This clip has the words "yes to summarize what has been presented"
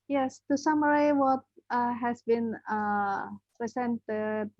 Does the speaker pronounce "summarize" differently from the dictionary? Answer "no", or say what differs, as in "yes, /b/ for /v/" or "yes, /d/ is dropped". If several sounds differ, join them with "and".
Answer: yes, /z/ is dropped